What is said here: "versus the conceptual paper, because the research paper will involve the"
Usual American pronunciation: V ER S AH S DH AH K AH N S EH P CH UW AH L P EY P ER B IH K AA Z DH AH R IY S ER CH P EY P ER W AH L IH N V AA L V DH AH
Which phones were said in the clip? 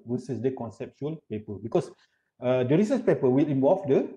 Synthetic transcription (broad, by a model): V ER S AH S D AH K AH N S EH P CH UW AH L P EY P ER B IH K AA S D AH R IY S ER S P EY P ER W AH L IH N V AA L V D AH